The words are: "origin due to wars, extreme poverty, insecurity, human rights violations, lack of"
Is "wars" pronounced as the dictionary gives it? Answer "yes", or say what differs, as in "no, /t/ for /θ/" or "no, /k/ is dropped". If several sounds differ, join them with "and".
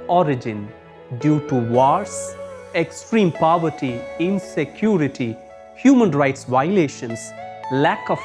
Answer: no, /s/ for /z/